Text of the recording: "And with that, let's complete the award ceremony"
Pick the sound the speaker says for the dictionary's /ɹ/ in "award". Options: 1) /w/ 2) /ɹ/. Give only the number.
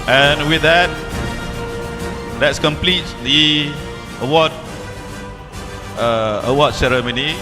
1